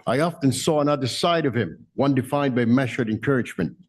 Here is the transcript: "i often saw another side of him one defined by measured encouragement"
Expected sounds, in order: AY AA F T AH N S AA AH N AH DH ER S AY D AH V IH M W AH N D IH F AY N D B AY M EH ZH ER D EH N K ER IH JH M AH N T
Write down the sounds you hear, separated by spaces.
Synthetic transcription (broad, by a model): AY AA F T AH N S AA AH N AH DH ER S AY D AH V IH M W AH N D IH F AY N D B AY M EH SH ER D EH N K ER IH JH M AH N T